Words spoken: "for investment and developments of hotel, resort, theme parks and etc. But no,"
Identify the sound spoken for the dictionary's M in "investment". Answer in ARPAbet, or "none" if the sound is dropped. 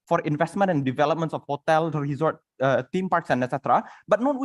M